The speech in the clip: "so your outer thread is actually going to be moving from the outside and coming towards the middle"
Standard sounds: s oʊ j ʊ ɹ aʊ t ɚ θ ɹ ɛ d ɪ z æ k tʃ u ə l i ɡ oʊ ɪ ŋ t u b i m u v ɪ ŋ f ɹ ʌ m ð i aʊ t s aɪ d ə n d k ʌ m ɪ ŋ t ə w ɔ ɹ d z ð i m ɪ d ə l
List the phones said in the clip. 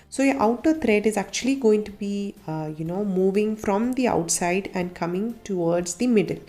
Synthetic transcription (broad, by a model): s oʊ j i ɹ aʊ t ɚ t ɹ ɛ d ɪ z æ k tʃ u ə l i ɡ oʊ ɪ ŋ t u b i m u v ɪ ŋ f ɹ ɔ m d i aʊ t s aɪ d ə n d k ʌ m ɪ ŋ t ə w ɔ ɹ d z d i m ɪ d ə l